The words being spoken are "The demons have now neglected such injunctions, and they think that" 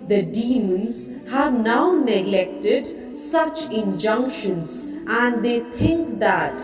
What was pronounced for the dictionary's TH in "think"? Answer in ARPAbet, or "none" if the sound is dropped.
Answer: T